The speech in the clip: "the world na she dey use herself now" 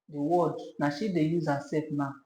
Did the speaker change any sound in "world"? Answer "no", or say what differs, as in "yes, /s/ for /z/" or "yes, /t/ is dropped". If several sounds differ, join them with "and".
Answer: yes, /l/ is dropped